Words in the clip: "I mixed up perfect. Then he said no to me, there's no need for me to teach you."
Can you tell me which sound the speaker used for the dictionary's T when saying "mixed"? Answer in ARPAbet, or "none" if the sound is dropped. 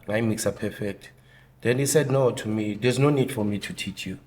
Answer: none